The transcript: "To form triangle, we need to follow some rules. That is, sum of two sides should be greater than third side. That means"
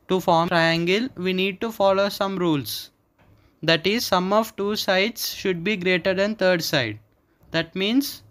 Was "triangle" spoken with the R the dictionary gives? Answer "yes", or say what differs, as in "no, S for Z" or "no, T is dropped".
yes